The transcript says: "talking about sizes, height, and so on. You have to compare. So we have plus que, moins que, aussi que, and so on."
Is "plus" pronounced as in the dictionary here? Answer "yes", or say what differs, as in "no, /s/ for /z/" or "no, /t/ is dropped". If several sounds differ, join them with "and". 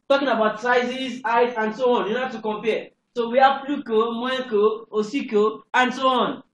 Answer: no, /s/ is dropped